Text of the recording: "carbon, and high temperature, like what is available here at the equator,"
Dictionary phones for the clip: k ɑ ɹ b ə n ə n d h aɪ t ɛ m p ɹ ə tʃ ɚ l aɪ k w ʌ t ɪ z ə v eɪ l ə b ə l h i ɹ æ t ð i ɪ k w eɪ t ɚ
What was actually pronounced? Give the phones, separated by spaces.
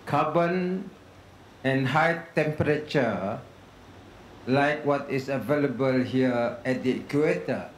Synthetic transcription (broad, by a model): k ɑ b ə n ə n h aɪ t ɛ m p ɹ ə tʃ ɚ l aɪ k w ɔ t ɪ s ə v eɪ l ə b ə l h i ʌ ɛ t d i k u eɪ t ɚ